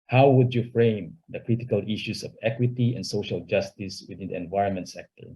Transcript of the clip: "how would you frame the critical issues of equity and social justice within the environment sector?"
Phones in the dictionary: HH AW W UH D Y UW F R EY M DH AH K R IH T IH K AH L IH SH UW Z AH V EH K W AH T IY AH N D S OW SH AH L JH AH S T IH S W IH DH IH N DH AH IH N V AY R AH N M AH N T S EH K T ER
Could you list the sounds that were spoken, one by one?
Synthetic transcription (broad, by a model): HH AW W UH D Y UW F R EY M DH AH K R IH T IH K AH L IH SH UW S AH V EH K W AH T IY AH N D S OW SH AH L JH AH S T IH S W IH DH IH N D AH IH N V AY R AH N M AH N T S EH K T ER